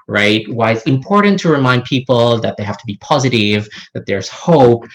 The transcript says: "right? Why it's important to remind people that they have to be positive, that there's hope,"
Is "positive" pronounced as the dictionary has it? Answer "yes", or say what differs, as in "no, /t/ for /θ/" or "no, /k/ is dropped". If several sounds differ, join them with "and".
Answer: yes